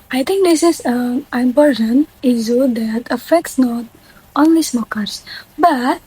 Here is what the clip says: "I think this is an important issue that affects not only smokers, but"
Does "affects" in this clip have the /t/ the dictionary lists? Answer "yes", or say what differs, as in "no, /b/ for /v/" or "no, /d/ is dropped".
yes